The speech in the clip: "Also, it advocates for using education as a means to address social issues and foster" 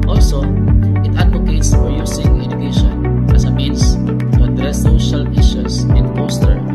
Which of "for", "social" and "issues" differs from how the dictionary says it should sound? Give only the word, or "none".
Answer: issues